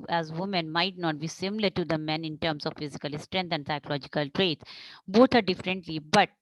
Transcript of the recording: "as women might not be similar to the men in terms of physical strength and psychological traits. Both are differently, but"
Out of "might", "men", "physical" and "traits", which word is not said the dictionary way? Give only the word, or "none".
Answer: traits